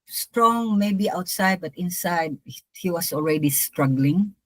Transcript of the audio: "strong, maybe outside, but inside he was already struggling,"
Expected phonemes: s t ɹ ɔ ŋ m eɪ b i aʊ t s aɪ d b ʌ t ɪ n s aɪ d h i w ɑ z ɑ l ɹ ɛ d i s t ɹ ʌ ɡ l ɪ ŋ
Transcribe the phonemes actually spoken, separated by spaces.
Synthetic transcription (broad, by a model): s t ɹ ɔ ŋ m eɪ b i aʊ t s aɪ d b ʌ t ɪ n s aɪ d h i w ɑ s ɑ l ɹ ɛ d i s t ɹ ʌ ɡ l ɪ ŋ